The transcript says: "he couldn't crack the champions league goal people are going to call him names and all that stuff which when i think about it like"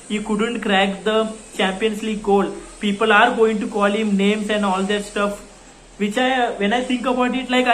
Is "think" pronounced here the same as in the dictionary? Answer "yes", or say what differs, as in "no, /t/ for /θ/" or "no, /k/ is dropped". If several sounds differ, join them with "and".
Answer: no, /t/ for /θ/